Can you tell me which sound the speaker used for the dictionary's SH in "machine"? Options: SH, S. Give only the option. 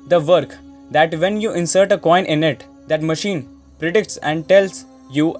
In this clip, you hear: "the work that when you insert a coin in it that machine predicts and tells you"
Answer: SH